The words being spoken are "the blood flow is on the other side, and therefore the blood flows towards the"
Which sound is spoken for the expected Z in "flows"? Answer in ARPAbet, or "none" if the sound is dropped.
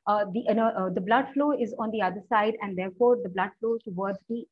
none